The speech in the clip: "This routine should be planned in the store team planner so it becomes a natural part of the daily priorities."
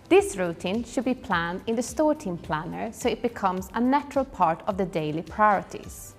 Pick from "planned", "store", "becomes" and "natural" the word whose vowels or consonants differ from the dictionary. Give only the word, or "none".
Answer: none